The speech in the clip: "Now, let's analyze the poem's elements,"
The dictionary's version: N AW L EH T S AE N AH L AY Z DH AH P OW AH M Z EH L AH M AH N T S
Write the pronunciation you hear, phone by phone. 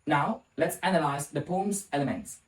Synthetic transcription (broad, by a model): N AW L EH T S AE N AH L AY Z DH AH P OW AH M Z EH L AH M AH N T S